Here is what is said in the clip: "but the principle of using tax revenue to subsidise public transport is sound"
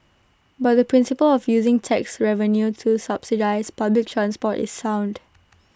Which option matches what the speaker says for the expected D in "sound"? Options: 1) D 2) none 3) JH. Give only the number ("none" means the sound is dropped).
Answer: 1